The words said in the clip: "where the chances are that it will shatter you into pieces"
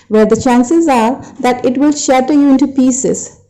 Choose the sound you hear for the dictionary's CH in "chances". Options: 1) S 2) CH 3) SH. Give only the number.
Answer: 2